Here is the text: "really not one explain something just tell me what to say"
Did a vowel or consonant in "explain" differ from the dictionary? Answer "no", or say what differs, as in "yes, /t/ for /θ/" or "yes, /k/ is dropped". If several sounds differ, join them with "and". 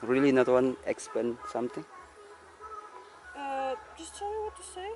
yes, /l/ is dropped